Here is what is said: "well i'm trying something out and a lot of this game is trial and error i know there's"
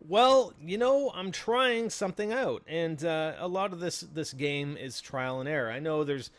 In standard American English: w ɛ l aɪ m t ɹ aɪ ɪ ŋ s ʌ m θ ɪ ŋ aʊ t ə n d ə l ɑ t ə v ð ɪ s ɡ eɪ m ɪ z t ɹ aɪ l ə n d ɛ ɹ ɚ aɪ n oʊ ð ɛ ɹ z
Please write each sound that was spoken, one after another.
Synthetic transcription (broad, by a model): w ɛ l aɪ m t ɹ aɪ ɪ ŋ s ʌ m θ ɪ ŋ aʊ t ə n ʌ ə l ɑ t ə v ð ɪ s ɡ eɪ m ɪ z t ɹ aɪ l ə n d ɛ ɹ aɪ n oʊ ð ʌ ɹ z